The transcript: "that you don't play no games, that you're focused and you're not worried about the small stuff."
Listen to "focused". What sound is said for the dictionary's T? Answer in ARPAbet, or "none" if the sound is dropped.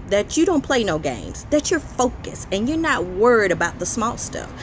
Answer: none